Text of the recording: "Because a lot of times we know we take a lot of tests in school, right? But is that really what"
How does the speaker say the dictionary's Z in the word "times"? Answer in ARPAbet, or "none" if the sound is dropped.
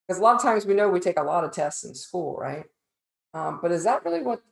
Z